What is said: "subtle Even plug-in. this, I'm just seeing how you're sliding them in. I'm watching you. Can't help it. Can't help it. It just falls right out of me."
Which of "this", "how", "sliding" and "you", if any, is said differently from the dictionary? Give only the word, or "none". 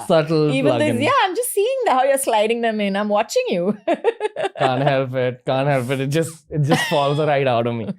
this